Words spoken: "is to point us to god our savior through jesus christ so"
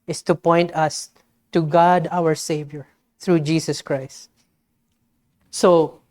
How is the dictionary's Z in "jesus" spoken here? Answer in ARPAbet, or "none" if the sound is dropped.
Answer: S